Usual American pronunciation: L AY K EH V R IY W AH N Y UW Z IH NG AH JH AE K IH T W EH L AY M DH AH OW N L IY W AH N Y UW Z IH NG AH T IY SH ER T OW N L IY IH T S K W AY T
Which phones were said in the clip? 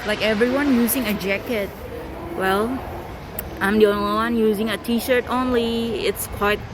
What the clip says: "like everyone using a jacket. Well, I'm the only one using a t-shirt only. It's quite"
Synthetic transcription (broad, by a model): L AY K EH V R IY W AH N Y UW Z IH NG AH JH AE K IH T W EH L AY M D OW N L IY W AH N Y UW Z IH NG AH T IY SH ER T OW N L IY IH T S K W AY T